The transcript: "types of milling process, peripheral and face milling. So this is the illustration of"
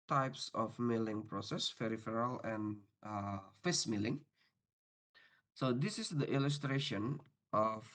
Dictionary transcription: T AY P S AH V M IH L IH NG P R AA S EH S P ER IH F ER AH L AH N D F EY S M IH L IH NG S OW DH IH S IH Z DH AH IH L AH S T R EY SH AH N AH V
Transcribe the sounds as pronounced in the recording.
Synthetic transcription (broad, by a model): T AY P S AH F M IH L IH NG P R AA S EH S F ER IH F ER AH L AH N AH F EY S M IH L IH NG S OW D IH S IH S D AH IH L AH S T R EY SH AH N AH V